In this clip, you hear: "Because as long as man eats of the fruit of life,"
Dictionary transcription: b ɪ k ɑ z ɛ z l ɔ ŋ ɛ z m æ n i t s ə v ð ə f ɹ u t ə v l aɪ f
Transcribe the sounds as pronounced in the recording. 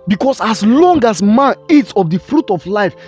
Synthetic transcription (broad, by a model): b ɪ k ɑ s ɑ s l ɔ ŋ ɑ s m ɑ n i t s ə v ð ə f ɹ u t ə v l aɪ f